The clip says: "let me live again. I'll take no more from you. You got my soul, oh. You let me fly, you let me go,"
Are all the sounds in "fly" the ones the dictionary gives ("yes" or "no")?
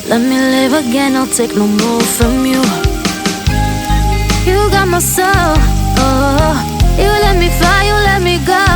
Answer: no